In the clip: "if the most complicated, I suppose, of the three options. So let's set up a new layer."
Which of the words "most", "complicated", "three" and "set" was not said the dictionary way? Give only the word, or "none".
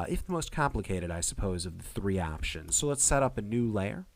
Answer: none